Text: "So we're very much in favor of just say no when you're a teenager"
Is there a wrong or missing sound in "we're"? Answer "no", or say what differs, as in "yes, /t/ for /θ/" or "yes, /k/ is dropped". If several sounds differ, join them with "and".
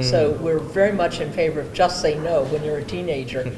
no